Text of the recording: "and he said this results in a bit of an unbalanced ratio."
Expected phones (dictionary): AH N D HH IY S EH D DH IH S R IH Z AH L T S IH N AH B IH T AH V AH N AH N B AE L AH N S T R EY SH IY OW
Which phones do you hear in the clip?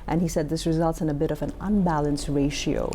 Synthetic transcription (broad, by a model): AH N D IY S EH D DH IH S R IH Z AH L T S IH N AH B IH T AH V AH N AH N B AE L AH N S T R EY SH IY OW